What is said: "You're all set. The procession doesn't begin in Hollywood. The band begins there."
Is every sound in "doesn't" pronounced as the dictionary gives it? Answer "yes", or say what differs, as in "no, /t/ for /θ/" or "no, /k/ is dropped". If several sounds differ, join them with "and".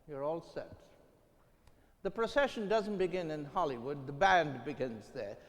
yes